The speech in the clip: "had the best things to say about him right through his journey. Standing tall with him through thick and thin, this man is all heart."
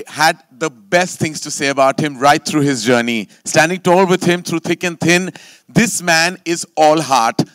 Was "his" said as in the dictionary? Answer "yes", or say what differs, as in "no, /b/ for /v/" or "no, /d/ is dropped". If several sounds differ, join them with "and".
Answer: yes